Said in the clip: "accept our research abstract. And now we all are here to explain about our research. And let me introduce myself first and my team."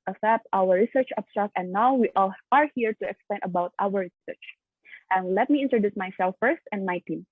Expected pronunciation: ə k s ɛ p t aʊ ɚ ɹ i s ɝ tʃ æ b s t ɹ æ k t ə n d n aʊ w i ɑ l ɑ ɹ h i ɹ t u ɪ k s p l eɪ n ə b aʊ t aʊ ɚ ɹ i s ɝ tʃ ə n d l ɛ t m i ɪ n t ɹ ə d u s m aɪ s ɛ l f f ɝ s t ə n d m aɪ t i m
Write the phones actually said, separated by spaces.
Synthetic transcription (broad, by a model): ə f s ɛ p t aʊ ɚ ɹ i s ɝ tʃ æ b s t ɹ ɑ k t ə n n aʊ w i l ɑ ɹ h i ɹ t u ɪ k s p l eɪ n ə b aʊ t aʊ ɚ ɹ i s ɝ tʃ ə n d l ɛ t m i ɪ n t ɹ ə d u s m aɪ s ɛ l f f ɝ s t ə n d m aɪ t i m